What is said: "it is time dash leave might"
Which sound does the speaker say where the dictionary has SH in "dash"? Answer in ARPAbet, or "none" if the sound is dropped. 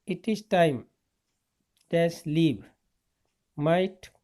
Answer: S